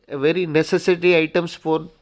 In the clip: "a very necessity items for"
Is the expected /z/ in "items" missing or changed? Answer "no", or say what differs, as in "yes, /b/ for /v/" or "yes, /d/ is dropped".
yes, /s/ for /z/